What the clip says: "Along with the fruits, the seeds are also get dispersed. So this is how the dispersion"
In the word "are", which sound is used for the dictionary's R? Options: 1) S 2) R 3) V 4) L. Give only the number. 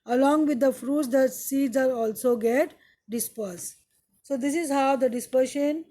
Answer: 4